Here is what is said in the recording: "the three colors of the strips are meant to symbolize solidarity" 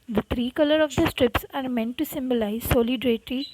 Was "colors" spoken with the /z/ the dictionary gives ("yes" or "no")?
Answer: no